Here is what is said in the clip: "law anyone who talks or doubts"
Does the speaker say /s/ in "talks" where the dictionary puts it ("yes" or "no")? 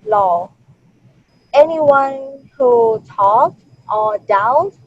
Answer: no